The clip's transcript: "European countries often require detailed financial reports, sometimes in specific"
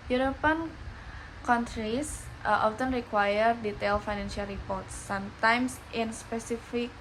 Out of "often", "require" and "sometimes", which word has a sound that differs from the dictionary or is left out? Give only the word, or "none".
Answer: sometimes